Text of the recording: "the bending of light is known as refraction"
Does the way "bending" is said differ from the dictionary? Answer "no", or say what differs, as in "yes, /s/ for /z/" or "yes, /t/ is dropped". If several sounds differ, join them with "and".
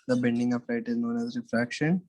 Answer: no